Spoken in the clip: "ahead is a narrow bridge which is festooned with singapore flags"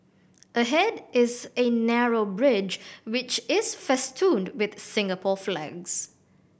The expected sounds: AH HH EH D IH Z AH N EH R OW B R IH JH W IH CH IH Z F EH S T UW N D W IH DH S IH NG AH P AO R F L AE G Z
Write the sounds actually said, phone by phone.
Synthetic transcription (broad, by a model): AH HH EH D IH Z AH N EH R OW B R IH JH W IH CH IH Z F EH S T UW N D W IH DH S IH NG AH P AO F L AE G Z